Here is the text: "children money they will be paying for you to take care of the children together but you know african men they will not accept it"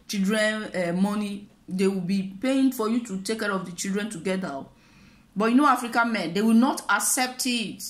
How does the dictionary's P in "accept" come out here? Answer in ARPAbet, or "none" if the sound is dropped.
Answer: P